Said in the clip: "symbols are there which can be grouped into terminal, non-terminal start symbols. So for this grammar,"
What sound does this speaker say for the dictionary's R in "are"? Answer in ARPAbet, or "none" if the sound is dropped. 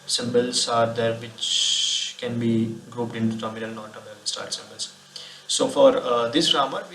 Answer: R